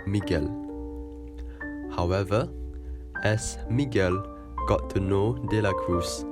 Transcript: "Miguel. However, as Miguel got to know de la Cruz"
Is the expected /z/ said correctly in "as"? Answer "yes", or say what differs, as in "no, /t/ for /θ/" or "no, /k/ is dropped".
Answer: no, /s/ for /z/